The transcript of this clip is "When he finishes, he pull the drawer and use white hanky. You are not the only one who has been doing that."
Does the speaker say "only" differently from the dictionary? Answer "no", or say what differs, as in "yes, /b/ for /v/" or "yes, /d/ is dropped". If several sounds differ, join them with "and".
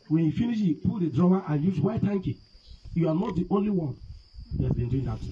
no